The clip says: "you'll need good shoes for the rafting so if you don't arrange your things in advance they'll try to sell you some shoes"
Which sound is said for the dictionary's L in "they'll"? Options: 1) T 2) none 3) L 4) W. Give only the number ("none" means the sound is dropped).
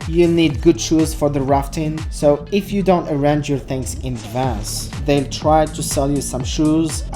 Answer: 3